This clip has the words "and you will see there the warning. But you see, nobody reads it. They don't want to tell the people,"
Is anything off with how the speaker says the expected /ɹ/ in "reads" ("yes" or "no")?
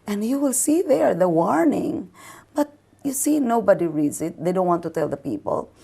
no